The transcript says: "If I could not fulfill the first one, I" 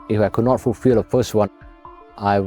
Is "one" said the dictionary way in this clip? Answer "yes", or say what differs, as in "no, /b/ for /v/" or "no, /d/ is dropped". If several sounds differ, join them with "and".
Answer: no, /n/ is dropped